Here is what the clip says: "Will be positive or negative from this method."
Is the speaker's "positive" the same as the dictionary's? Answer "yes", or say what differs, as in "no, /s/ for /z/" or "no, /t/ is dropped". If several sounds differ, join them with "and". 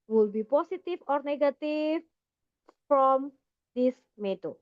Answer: no, /s/ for /z/ and /f/ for /v/